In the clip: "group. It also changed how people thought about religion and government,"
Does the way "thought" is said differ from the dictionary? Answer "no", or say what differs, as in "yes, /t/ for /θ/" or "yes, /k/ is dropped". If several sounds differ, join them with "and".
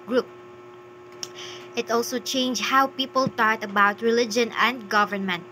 yes, /t/ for /θ/